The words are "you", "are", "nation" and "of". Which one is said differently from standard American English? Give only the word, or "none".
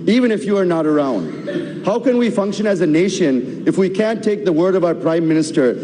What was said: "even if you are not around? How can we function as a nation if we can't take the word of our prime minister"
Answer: none